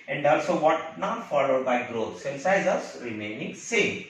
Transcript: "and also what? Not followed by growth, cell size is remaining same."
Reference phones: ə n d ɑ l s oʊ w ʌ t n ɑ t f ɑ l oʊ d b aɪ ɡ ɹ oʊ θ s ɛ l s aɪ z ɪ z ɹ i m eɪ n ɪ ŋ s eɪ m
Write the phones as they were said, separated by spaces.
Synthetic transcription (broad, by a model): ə n d ɑ l s oʊ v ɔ t n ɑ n f ɑ l oʊ d b aɪ ɡ ɹ oʊ t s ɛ n s aɪ z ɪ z ɹ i m eɪ n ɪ ŋ s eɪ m